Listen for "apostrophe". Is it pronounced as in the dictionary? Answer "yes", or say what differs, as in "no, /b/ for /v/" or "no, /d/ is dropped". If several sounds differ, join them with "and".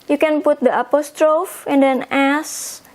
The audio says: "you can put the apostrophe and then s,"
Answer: yes